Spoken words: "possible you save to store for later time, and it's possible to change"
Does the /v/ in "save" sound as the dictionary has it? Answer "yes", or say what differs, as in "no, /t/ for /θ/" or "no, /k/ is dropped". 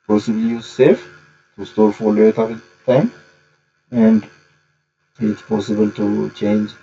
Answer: no, /f/ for /v/